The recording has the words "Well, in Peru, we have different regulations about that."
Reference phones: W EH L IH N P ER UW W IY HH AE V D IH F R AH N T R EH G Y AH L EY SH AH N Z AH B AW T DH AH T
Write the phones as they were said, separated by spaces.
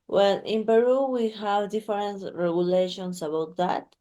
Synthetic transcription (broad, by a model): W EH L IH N P ER UW W IY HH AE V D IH F R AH N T R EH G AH L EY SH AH N S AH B AW T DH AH T